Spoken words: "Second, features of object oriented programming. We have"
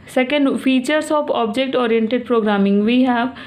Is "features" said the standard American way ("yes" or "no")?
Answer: no